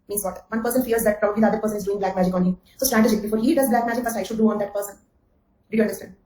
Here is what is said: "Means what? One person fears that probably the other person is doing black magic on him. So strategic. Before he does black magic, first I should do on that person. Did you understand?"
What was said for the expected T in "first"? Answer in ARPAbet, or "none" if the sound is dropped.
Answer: none